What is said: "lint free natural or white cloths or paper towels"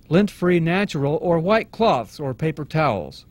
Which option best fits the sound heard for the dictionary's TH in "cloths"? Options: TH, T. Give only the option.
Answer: TH